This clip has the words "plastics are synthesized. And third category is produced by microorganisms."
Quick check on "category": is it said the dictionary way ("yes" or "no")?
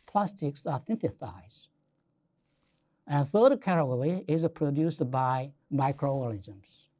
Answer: no